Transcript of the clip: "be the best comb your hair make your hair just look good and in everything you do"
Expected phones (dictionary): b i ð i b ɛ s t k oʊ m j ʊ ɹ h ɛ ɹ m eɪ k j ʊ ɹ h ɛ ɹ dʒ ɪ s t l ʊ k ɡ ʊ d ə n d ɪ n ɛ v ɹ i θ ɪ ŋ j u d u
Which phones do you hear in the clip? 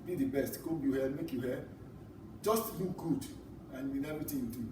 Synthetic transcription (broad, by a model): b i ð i b ɛ s t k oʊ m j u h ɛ m eɪ k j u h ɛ dʒ ɪ s t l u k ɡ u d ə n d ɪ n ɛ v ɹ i t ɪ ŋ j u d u